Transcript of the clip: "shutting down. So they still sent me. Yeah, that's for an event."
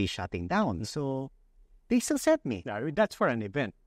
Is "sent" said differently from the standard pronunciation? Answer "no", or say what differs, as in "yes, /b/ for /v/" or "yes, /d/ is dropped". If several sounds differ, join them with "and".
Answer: yes, /n/ is dropped